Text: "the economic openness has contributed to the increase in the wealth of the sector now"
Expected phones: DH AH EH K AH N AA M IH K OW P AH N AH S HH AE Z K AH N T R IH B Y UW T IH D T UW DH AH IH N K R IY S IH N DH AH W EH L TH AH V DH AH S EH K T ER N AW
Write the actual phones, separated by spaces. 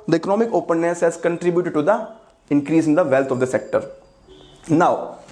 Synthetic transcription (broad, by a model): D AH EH K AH N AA M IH K OW P AH N AH S HH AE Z K AH N T R IH B Y UW T IH D T UW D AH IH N K R IY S IH N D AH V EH L T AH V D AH S EH K T ER N AW